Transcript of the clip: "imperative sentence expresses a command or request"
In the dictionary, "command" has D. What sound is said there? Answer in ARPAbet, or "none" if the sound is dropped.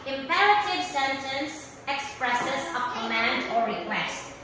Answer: D